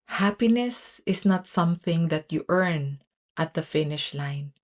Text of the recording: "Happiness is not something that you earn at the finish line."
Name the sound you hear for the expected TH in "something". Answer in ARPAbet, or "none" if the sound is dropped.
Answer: TH